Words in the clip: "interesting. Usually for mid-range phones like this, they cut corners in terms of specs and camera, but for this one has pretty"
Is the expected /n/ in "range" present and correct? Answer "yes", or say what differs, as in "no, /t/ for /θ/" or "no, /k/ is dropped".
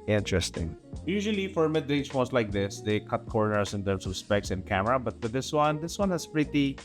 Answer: no, /n/ is dropped